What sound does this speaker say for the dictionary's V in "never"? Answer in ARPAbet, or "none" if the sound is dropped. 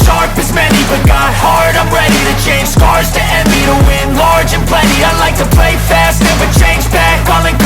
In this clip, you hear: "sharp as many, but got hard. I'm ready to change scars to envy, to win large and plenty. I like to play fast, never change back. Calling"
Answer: W